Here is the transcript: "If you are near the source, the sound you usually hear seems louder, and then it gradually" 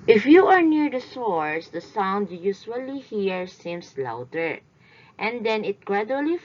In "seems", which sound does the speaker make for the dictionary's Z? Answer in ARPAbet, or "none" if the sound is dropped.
S